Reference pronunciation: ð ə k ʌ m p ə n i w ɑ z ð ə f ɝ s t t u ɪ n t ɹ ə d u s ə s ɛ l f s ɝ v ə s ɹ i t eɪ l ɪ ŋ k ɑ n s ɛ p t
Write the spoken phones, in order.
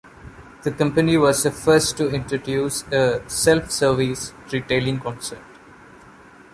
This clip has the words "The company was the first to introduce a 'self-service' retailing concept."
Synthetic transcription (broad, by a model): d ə k ʌ m p ə n i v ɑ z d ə f ɝ s t t u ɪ n t ɹ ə d u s ə s ɛ l f s ɝ v ə s ɹ i t eɪ l ɪ ŋ k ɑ n s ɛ t